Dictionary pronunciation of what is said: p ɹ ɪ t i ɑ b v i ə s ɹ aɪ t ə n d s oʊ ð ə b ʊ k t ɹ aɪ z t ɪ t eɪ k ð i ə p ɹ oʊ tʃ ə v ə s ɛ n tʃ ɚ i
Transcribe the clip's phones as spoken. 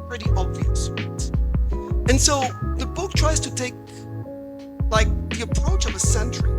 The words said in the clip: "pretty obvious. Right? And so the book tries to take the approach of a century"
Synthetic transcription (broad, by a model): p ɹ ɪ t i ɑ b v i ə s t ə n s oʊ ð ə b ʊ k t ɹ aɪ z t ɪ t eɪ k ð i ə p ɹ oʊ tʃ ə v ə s ɛ n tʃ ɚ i